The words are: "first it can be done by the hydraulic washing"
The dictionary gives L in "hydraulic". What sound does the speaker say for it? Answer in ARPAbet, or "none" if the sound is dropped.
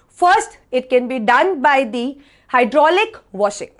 L